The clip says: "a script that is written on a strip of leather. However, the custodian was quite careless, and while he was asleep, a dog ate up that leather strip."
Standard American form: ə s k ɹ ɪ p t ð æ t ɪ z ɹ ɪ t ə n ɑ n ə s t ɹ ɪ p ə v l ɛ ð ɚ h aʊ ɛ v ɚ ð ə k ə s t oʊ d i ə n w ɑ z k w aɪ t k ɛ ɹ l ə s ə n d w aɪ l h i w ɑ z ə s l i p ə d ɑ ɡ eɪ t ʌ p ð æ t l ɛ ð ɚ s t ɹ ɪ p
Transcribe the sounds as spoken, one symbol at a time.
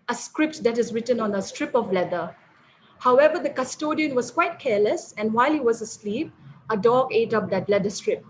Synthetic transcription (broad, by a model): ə s k ɹ ɪ p t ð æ t ɪ z ɹ ɪ t ə n ɑ n ə s t ɹ ɪ p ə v l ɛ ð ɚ h aʊ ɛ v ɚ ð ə k ə s t oʊ d i ə n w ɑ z k w aɪ t k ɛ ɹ l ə s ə n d w aɪ l h i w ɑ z ə s l i p ə d ɑ ɡ eɪ t ʌ p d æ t l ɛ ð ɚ s t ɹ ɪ p